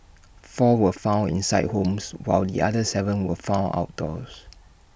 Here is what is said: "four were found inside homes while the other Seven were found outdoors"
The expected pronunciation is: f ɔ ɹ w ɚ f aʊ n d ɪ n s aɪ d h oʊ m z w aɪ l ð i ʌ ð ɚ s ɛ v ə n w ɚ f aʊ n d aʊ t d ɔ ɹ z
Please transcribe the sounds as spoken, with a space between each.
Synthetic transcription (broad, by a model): f ɔ w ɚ f aʊ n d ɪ n s aɪ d h oʊ m s w aɪ l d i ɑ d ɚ s ɛ v ə n w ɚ f aʊ n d aʊ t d ɔ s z